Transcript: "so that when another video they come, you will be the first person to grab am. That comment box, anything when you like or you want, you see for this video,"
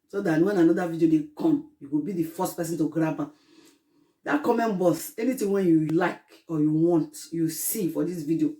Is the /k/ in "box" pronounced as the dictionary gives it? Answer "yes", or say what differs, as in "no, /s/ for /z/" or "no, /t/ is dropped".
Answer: no, /k/ is dropped